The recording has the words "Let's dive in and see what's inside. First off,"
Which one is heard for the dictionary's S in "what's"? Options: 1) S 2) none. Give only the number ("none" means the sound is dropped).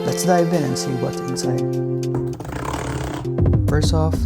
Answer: 2